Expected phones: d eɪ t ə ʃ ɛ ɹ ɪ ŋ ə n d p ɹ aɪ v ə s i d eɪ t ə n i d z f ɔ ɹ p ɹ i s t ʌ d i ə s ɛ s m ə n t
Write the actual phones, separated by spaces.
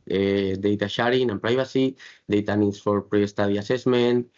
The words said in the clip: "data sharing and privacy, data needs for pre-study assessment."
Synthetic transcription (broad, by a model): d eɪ t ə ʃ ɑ ɹ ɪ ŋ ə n p ɹ aɪ b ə s i d eɪ t ə n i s f ɔ ɹ p ɹ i s t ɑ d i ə s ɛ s m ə n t